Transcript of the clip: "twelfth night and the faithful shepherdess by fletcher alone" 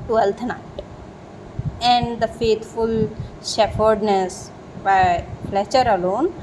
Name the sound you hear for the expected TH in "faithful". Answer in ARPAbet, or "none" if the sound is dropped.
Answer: T